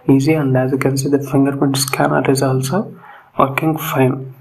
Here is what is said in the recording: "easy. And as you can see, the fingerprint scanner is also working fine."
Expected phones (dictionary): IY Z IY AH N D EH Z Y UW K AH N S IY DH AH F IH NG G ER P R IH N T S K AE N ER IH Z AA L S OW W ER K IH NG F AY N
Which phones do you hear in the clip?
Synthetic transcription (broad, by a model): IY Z IY AH N D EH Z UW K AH N S IY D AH F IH NG G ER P IH N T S K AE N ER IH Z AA L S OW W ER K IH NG F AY N